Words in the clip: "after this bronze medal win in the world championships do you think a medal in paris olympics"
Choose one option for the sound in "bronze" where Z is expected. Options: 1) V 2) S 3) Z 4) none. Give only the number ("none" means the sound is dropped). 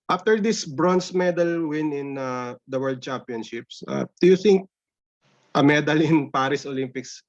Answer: 2